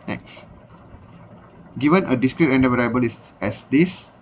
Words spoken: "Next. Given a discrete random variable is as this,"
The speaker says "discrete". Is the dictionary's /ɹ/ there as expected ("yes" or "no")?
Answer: yes